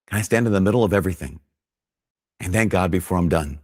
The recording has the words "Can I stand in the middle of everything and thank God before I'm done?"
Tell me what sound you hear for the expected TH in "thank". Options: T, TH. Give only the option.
TH